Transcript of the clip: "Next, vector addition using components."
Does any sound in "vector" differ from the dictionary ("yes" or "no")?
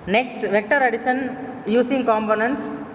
no